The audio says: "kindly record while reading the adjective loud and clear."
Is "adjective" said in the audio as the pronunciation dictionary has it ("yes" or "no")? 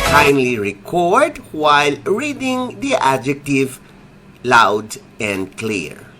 yes